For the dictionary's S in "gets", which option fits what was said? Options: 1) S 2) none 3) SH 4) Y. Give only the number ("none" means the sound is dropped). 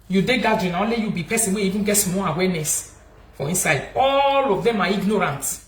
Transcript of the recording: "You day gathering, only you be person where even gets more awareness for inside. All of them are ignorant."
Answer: 2